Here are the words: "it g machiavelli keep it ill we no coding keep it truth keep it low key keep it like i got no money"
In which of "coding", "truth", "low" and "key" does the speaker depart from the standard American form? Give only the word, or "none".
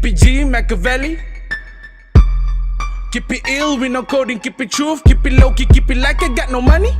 truth